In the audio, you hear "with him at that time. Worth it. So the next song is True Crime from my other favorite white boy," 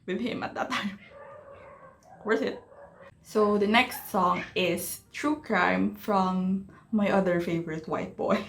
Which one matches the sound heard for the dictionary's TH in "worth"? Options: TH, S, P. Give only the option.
S